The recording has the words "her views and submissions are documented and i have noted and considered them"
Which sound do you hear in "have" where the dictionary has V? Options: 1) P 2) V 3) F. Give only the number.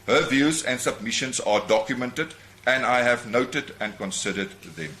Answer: 2